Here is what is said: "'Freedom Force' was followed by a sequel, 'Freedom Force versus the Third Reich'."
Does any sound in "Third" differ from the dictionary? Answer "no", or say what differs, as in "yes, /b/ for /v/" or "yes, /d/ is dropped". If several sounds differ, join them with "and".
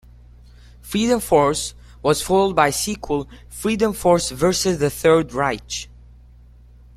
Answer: no